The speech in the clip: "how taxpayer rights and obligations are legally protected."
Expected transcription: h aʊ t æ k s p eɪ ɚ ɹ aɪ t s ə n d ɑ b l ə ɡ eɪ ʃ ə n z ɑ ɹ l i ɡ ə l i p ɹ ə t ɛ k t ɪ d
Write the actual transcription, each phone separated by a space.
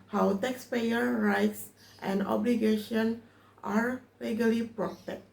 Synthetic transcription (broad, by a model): h aʊ t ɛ k s p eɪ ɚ ɹ aɪ t s ə n d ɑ b l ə ɡ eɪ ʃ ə n ɑ ɹ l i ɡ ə l i p ɹ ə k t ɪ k